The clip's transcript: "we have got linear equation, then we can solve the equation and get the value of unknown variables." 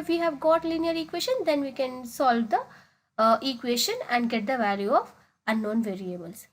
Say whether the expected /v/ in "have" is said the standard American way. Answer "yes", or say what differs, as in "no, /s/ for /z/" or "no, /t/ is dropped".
yes